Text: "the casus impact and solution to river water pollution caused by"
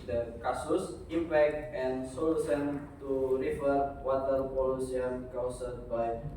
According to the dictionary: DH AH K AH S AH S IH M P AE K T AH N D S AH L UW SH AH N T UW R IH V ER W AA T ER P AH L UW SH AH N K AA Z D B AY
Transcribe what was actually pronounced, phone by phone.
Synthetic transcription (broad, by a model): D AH K AH S AH S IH M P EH K T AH N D S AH L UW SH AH N T UW R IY F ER W AA T ER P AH L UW S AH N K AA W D B AY